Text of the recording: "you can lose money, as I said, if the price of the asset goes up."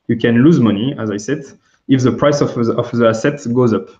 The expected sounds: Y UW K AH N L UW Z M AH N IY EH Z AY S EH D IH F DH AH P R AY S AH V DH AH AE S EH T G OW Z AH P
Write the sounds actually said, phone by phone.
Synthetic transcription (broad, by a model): Y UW K AH N L UW Z M AH N IY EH Z AY S EH D IH F DH AH P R AY S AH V DH AH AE S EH T G OW Z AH P